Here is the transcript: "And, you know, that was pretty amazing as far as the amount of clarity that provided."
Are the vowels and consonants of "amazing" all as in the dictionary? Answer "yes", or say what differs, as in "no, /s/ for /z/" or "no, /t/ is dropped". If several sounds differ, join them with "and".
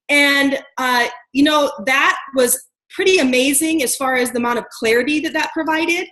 yes